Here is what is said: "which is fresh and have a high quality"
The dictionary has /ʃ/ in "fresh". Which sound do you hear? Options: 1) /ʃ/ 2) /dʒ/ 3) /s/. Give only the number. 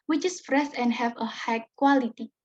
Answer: 3